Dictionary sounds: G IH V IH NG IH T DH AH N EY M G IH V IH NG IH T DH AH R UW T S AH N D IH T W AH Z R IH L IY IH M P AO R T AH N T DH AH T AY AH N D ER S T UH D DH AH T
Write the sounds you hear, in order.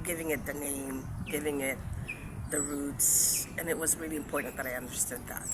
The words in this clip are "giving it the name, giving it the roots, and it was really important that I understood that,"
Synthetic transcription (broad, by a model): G IH V IH NG IH T DH AH N EY M G IH V IH NG IH T DH AH R UW T S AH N IH T W AH Z R IH L IY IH M P AO R T N DH AH T AY AH N D ER S T UH D DH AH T